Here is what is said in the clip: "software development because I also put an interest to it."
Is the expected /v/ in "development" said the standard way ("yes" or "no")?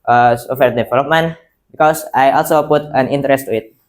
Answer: no